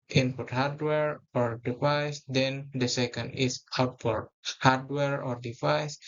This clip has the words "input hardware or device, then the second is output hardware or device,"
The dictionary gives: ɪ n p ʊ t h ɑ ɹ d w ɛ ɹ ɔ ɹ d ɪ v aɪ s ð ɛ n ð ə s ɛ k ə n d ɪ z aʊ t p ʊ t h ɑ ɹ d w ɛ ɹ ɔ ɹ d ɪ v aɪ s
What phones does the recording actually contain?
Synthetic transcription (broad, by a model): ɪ n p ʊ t h ɑ ɹ d w ɛ ɹ ɔ ɹ d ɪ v aɪ s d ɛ n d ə s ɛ k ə n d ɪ s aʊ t f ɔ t h ɑ ɹ d w ɛ ɹ ɔ ɹ d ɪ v aɪ s